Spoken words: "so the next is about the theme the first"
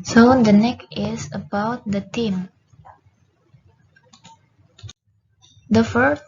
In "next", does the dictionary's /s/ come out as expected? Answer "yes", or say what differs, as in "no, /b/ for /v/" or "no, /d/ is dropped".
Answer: no, /s/ is dropped